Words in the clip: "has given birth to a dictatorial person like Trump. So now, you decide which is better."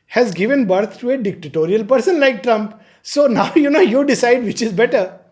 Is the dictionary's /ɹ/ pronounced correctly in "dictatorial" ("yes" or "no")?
yes